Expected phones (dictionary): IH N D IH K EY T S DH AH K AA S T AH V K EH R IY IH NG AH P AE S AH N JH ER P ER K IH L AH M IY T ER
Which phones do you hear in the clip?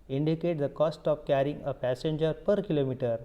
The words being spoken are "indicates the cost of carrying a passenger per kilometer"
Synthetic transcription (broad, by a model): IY N D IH K EY T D AH K AA S T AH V K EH R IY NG AH P AE S AH N JH ER P ER K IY L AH M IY T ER